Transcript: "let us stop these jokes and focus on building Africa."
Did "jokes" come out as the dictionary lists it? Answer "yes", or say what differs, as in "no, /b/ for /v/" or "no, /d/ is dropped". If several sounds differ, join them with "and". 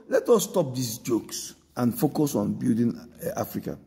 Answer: yes